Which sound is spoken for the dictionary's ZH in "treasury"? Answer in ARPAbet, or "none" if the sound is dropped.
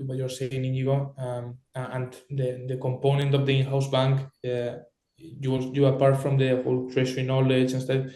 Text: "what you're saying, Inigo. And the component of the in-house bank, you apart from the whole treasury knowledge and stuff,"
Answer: SH